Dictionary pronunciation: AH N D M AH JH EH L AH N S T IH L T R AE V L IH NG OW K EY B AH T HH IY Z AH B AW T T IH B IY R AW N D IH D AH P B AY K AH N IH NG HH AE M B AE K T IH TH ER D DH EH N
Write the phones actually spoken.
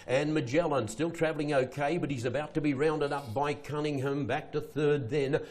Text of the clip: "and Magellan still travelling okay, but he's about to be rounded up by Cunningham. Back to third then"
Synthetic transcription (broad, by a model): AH N M AH JH EH L AH N S T IH L T R AE V L IH NG OW K EY B AH T HH IY Z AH B AW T T IH B IY R AW N D IH D AH P B AY K AH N IH NG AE M B AE K T IH TH ER D DH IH N